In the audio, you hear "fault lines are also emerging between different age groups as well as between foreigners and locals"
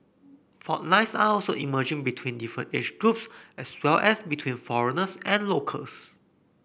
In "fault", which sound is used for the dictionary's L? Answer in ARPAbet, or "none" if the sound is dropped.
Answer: none